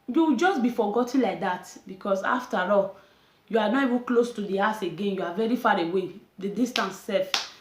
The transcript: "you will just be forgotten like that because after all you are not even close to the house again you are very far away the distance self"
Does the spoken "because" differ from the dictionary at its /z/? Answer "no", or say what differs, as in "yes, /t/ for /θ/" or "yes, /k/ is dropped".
yes, /s/ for /z/